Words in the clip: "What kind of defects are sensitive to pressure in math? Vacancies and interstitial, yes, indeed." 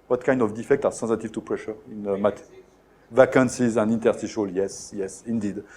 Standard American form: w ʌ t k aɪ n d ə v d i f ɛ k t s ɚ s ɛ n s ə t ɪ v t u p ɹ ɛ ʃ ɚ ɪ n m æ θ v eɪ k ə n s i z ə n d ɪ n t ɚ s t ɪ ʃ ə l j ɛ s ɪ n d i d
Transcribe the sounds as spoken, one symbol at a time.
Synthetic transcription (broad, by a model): w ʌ t k aɪ n d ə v d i f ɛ k t ɑ s ɛ n s ə t ɪ v t u p ɹ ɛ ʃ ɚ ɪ n m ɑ t v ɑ k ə n s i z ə n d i n t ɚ s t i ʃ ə l j ɛ s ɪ n d i d